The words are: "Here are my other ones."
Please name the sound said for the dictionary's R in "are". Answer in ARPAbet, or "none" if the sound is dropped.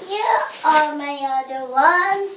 L